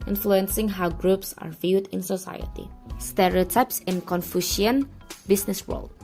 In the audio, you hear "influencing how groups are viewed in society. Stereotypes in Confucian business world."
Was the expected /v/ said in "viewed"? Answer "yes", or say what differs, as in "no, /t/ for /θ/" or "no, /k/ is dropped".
yes